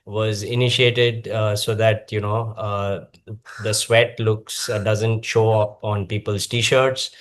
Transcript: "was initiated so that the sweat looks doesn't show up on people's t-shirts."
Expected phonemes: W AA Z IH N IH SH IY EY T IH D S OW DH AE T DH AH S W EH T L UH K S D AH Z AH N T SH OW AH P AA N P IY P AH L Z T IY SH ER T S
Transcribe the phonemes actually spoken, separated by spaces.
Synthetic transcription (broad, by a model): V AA Z IH N IH SH IY EY T IH D S OW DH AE T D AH S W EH T L UH K S D AH Z AH N T SH OW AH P AA N P IY P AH L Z T IY SH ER T S